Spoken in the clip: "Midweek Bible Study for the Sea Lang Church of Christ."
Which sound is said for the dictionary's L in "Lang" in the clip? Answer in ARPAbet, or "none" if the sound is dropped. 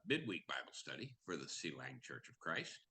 L